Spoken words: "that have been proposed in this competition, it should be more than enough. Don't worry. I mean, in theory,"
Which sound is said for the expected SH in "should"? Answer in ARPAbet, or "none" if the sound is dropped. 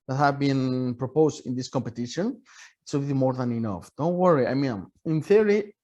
S